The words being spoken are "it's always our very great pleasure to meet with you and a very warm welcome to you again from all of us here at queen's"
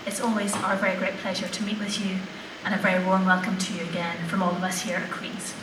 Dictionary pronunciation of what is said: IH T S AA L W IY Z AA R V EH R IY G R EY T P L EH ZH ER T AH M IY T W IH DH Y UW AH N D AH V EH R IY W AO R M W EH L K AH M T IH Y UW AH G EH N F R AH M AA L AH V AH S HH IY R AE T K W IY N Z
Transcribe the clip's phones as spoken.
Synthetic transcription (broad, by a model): IH T S AA L W IY Z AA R V EH R IY G R EY T P L EH ZH ER T AH M IY T W IH DH Y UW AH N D AH V EH R IY W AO R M W EH L K AH M T IH Y AH G EH N F R AH M AA L AH V AH S HH IY R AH K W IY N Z